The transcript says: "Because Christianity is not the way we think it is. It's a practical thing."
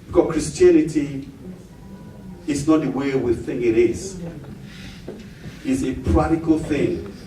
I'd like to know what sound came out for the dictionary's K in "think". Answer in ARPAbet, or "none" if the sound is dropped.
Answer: none